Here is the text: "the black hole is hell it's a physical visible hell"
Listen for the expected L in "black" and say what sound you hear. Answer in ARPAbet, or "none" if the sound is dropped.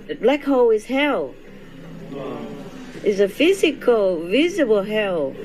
L